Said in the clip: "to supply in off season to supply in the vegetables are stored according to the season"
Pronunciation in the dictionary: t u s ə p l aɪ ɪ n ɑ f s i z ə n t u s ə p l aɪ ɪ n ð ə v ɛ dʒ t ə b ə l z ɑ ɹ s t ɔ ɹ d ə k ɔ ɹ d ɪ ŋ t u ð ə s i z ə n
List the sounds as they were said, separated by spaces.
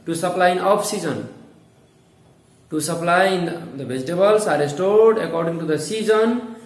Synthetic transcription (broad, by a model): t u s ə p l aɪ ɪ n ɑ p s i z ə n t u s ə p l aɪ ɪ n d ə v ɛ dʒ t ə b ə l s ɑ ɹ s t ɔ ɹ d ə k ɔ ɹ d ɪ ŋ t u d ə s i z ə n